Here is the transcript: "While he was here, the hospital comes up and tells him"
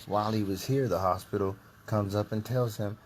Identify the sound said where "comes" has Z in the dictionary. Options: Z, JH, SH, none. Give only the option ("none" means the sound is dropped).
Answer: Z